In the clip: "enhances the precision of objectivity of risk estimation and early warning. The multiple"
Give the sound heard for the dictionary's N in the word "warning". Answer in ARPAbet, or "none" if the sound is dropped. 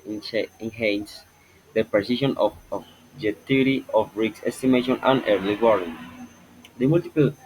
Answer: none